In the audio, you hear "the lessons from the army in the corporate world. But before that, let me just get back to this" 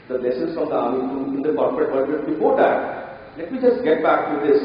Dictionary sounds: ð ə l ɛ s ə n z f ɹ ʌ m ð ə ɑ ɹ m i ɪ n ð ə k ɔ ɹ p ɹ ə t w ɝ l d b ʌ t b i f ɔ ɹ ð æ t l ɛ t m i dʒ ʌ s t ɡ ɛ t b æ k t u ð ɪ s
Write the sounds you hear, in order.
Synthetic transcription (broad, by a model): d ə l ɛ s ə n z f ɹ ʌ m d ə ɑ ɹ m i ɪ n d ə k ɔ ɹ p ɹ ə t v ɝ d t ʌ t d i p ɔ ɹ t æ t l ɛ t m i dʒ ʌ s t ɡ ɛ t b æ k t u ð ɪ s